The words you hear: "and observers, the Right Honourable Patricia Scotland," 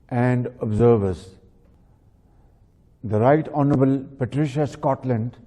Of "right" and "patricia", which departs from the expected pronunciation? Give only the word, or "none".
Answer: none